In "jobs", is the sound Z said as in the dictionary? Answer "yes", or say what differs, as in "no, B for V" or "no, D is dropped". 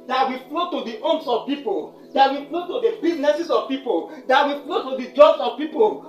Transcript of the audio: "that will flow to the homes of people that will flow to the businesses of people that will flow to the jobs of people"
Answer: no, S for Z